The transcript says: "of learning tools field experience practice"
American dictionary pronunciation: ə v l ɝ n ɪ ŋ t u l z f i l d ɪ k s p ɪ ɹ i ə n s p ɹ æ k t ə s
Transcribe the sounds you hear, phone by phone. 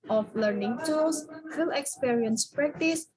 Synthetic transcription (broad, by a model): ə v l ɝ n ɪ ŋ t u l s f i l ɪ k s p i ɹ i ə n s p ɹ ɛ k t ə s